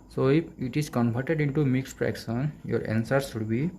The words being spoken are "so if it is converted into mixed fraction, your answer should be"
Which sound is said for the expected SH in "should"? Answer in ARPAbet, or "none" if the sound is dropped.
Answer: S